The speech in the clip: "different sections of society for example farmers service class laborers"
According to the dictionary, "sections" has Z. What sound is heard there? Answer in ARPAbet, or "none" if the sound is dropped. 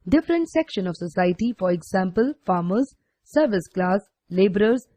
none